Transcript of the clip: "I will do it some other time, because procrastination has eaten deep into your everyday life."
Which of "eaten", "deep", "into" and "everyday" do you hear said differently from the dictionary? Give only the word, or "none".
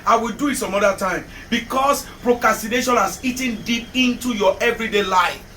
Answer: none